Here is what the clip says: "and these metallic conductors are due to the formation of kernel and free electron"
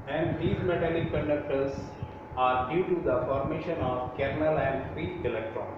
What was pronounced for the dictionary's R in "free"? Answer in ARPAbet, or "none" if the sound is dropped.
none